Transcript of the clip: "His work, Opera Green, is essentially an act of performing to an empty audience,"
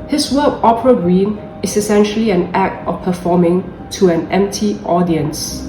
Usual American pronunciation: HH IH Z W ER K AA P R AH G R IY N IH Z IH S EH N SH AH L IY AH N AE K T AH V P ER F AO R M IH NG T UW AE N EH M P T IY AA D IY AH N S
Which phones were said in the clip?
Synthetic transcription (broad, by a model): HH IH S W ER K AA P R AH G R IY N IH S IH S EH N SH AH L IY AH N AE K T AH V P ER F AO M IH NG T UW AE N EH M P T IY AA D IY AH N S